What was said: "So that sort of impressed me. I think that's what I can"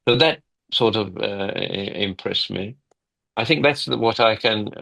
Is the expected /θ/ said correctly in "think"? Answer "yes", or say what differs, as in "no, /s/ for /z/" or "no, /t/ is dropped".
yes